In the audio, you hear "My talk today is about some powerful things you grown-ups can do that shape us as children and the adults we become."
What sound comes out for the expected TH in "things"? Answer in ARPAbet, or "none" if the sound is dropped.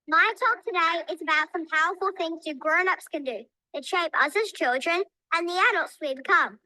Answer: TH